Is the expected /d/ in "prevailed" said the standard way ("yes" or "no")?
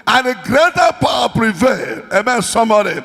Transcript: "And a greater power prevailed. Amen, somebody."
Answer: no